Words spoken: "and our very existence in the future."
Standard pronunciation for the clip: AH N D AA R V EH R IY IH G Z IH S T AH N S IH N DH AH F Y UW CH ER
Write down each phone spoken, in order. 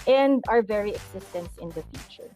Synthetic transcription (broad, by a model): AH N D AA R V EH R IY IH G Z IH S T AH N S IH N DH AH F Y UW CH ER